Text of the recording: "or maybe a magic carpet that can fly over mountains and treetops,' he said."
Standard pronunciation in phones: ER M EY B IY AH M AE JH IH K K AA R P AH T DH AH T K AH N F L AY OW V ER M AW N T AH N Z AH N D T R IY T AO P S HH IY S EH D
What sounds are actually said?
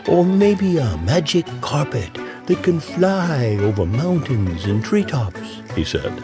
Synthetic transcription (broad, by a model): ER M EY B IY AH M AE JH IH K K AA R P AH T DH AH T K AH N F L AY OW V ER M AW N T AH N Z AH N T R IY T AO P S HH IY S EH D